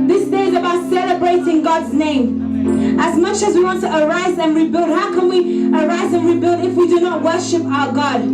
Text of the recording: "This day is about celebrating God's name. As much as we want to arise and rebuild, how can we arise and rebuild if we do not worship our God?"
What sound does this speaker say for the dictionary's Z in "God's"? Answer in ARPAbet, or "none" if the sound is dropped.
Z